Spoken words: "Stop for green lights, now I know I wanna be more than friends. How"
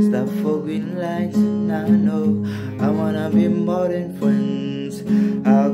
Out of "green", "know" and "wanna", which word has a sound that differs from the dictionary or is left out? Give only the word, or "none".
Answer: green